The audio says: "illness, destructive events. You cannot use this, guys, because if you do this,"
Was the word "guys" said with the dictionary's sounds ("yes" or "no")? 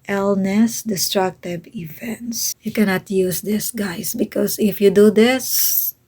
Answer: no